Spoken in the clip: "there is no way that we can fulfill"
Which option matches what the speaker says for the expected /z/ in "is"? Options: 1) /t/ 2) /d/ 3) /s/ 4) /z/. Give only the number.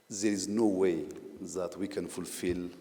4